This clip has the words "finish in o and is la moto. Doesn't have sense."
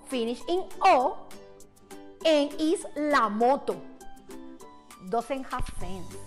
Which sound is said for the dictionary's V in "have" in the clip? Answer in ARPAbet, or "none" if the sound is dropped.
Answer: F